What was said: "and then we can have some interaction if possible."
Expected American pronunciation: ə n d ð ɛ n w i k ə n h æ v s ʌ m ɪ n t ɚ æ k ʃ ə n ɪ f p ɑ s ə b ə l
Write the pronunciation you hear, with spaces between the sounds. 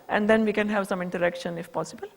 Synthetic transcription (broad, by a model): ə n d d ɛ n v i k ə n h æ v s ʌ m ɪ n t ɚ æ k ʃ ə n ɪ f p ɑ s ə b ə l